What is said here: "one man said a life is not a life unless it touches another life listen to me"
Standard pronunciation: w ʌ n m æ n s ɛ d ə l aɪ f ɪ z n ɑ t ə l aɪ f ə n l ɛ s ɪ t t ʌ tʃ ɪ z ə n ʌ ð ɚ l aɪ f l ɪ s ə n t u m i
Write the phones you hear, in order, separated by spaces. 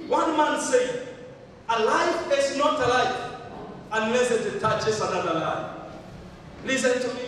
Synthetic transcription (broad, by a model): w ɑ n m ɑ n s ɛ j ə l aɪ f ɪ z n ɑ t ə l aɪ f ə n l ɛ s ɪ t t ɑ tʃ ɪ s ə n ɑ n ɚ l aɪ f l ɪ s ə n t u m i